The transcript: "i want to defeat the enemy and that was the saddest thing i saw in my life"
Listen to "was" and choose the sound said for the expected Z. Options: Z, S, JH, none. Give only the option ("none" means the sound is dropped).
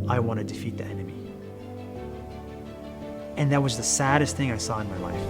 Z